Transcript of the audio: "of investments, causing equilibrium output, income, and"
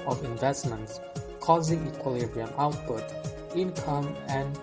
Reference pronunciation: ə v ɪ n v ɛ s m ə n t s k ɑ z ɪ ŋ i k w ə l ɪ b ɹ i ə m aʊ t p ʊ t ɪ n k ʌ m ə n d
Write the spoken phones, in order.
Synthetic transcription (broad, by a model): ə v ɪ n v ɛ s m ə n t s k ɑ z ɪ ŋ i k w ə l ɪ b ɹ i ə m aʊ t p ʊ t ɪ n k ʌ m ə n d